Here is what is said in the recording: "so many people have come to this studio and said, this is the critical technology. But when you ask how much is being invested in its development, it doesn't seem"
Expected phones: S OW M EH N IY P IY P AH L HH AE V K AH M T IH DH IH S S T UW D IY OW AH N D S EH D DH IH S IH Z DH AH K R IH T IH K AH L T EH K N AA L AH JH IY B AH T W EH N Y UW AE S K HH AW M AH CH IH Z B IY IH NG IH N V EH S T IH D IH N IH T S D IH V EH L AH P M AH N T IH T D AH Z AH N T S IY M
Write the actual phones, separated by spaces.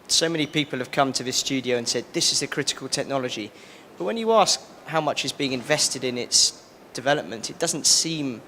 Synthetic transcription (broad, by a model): S OW M EH N IY P IY P AH L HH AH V K AH M T IH DH IH S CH UW D IY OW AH N S EH D DH IH S IH Z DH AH K R IH T IH K AH L T EH K N AA L AH JH IY B AH T W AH N Y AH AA S K HH AW M AH CH IH Z B IY IH NG IH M V EH S T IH D IH N IH T S D IH V EH L AH P M AH N T IH T D AH Z AH N T S IY M